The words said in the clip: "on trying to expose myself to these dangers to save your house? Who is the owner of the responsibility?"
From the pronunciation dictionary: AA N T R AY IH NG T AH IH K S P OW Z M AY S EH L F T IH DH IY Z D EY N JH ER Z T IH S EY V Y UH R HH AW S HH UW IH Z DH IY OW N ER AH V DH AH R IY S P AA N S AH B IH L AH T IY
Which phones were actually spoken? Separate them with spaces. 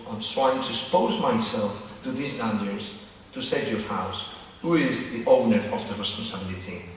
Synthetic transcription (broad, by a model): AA N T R AY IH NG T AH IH S P OW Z M AY S EH L F T IH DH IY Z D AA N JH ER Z T IH S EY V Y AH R HH AW S HH UW IH Z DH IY OW N ER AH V DH AH R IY S P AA N S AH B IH L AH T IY